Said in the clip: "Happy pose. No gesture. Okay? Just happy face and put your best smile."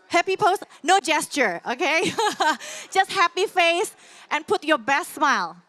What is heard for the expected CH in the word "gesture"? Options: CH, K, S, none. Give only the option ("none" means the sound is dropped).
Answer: CH